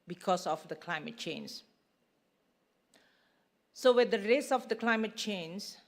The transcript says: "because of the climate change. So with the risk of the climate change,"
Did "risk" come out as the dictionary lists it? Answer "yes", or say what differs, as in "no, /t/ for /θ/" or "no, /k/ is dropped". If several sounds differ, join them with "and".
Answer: no, /k/ is dropped